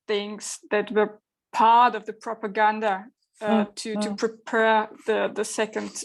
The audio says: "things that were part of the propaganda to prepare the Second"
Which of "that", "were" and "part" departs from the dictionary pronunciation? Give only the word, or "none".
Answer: none